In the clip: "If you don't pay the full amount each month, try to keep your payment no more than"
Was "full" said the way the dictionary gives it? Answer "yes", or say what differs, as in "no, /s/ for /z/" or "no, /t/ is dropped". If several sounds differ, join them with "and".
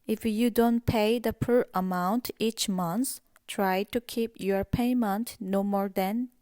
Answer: no, /p/ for /f/